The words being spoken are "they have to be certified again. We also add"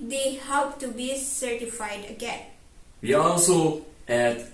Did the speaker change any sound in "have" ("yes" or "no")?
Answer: yes